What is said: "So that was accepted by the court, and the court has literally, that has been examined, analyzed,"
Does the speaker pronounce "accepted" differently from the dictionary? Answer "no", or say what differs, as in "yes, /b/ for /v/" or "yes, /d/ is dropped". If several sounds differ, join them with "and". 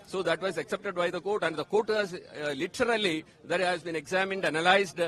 no